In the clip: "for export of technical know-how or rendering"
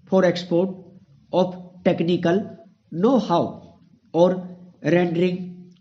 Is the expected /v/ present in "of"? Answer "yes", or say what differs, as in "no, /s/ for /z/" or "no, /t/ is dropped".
no, /p/ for /v/